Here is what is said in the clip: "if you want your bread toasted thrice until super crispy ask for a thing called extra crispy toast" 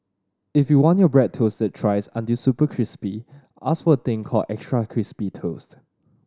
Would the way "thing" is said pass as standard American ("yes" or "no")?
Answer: no